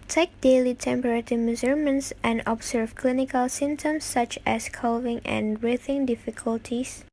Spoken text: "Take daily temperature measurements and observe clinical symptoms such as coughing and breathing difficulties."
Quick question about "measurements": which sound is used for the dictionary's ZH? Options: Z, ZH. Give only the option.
Z